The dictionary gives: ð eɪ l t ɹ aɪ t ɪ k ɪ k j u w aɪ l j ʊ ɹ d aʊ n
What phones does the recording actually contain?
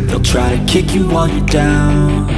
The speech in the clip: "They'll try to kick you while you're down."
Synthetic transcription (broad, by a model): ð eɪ l t ɹ aɪ t ɪ k ɪ k j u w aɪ n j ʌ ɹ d aʊ n